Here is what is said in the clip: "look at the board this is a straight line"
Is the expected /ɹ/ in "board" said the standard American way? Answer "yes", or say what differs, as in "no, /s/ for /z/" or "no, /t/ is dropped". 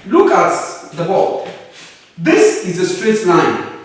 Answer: no, /l/ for /ɹ/